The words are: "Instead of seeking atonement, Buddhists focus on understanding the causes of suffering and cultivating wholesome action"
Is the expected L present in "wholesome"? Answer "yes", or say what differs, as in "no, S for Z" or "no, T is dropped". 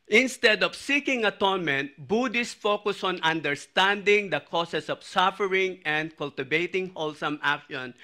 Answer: yes